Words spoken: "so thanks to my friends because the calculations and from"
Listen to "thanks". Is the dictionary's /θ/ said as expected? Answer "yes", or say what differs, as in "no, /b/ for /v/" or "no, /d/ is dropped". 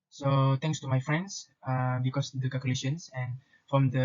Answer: no, /t/ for /θ/